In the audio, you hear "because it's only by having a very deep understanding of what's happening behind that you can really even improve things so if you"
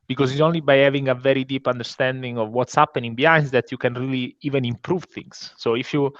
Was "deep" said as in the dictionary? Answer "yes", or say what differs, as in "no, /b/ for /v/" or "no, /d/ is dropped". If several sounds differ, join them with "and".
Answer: yes